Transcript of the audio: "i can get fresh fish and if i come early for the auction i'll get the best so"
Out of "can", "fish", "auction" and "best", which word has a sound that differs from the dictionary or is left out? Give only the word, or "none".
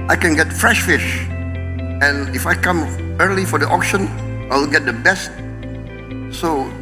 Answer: none